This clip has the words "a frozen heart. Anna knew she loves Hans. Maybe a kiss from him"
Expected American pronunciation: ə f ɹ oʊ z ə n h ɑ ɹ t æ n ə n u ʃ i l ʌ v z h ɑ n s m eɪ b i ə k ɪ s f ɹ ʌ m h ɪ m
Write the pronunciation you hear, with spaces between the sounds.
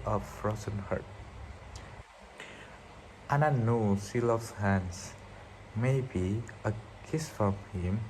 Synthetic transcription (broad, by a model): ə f ɹ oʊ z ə n h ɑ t t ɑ n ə n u s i l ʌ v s h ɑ n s m eɪ b i ə k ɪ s f ɹ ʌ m h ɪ m